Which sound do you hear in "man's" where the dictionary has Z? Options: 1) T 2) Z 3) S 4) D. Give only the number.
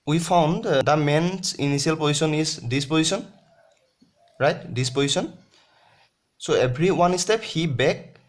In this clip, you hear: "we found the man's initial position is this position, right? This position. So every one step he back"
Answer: 3